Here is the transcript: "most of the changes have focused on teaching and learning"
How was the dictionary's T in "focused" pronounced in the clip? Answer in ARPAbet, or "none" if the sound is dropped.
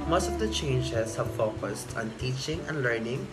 T